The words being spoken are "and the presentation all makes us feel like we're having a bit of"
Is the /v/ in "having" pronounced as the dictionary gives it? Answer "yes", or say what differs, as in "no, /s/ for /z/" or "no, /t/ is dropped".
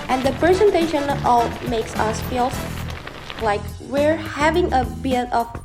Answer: yes